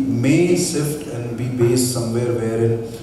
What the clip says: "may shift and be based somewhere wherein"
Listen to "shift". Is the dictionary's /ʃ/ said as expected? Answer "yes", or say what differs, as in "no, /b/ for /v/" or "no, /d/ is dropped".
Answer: no, /s/ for /ʃ/